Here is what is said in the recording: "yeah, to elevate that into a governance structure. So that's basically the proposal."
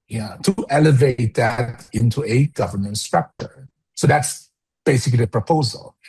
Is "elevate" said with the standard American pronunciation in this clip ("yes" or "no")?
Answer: yes